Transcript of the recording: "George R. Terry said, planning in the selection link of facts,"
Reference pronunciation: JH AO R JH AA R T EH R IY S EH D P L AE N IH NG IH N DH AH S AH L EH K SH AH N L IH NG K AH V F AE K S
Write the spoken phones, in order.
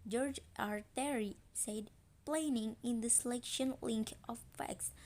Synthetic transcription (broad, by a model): JH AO R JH AA R T EH R IY S EH D P L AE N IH NG IH N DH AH S AH L EH K SH AH N L IH NG K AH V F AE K S